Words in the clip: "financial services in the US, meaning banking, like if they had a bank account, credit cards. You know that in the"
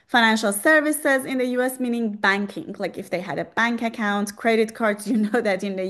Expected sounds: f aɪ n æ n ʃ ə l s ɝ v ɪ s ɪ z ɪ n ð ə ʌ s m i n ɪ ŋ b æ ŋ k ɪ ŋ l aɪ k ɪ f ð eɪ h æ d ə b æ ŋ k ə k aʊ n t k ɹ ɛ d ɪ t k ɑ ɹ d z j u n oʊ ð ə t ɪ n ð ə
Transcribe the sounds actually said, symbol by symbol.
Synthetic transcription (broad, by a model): f aɪ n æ n ʃ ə l s ɝ v ɪ s ɪ z ɪ n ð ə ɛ s m i n ɪ ŋ b æ ŋ k ɪ ŋ l aɪ k ɪ f ð eɪ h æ d ə b æ ŋ k ə k aʊ n t k ɹ ɛ d ɪ t k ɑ ɹ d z j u n oʊ ð ə t ɪ n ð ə